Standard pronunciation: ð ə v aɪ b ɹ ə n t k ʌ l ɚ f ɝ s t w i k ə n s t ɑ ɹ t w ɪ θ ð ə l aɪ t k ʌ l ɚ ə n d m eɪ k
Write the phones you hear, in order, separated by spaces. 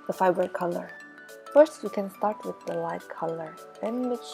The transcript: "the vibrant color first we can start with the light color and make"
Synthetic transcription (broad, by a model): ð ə f aɪ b ə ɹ k ʌ l ɚ f ɝ s t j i k ə n s t ɑ ɹ t w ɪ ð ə l aɪ t k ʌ l ɚ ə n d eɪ